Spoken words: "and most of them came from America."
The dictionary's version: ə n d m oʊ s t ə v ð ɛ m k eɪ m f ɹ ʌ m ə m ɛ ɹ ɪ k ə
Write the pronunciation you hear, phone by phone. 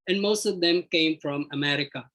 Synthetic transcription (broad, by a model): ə n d m oʊ s t ə v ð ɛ m k eɪ m f ɹ ʌ m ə m ɛ ɹ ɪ k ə